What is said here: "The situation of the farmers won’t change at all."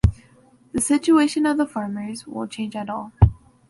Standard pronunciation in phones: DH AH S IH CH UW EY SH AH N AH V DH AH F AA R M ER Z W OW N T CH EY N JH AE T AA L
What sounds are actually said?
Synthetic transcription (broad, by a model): DH AH S IH CH UW EY SH AH N AH V DH AH F AA R M ER Z W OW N CH EY N JH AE T AA L